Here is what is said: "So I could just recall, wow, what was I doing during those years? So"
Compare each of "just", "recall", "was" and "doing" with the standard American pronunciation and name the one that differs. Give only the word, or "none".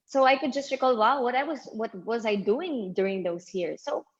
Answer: none